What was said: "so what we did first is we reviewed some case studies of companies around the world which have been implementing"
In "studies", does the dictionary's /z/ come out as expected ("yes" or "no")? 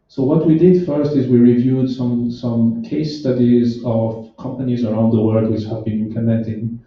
yes